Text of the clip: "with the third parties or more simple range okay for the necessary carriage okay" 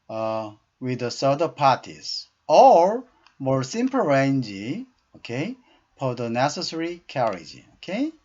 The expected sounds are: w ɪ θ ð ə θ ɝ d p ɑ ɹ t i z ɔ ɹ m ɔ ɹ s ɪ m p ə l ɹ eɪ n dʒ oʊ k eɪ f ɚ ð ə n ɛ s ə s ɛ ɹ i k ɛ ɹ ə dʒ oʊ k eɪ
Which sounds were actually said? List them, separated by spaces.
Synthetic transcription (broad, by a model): w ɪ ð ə s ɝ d p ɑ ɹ t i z ɔ ɹ m ɔ ɹ s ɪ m p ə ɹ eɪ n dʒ oʊ k eɪ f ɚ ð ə n ɛ s ə s ɛ ɹ i k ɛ ɹ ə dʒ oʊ k eɪ